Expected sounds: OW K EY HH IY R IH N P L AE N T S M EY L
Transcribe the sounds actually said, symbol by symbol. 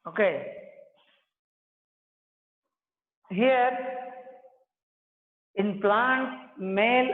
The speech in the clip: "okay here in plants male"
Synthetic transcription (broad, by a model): OW K EY HH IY R IH N P L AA N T M EY L